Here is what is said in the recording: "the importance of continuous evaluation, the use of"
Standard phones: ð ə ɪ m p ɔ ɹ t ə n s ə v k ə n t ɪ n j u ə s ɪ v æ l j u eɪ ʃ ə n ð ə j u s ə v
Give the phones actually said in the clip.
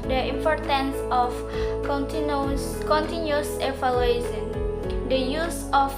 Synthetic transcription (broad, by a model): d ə ɪ m p ɔ ɹ t ə n s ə f k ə n t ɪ n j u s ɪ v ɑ l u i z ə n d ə j u s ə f